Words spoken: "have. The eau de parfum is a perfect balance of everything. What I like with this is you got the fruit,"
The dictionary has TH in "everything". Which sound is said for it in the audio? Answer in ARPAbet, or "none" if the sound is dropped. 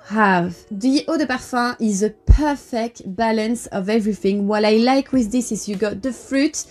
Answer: TH